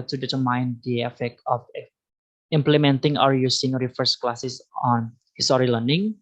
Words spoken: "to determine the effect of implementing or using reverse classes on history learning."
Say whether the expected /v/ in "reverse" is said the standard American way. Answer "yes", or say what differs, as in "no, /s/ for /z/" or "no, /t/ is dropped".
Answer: no, /f/ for /v/